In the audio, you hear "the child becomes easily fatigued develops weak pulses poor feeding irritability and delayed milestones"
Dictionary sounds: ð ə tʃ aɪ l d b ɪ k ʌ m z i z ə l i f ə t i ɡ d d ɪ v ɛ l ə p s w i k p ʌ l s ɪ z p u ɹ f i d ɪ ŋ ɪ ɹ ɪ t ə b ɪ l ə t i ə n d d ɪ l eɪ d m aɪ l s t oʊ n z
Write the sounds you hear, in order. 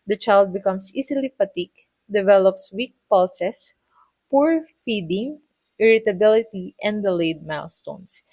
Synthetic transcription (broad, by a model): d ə tʃ aɪ l d b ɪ k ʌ m s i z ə l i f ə t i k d d ɪ v ɛ l ə p s w i k p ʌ l s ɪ s p u ɹ f i d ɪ ŋ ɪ ɹ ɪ t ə b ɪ l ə t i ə n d d ɪ l eɪ d m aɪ l s t oʊ n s